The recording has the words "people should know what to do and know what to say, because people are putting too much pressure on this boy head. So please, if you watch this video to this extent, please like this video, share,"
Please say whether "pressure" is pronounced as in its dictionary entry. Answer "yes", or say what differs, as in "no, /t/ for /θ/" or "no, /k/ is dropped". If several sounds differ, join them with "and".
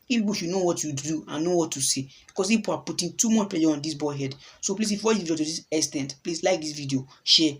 no, /ɹ/ is dropped